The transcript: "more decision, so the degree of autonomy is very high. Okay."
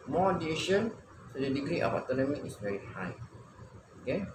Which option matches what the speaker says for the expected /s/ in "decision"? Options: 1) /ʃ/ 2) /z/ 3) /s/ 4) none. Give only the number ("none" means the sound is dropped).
4